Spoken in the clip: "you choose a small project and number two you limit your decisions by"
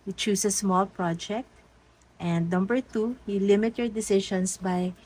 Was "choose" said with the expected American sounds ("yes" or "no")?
no